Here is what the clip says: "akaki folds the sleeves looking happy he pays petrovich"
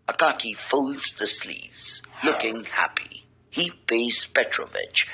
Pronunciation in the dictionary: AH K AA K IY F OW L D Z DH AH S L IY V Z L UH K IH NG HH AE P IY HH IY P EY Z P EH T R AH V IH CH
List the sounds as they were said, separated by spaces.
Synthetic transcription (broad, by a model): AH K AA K IY F OW L D Z DH AH S L IY V Z L UH K IH NG HH AE P IY HH IY B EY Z P EH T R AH V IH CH